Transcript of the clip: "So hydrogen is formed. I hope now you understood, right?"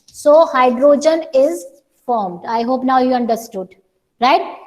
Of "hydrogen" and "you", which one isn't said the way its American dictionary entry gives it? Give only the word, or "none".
none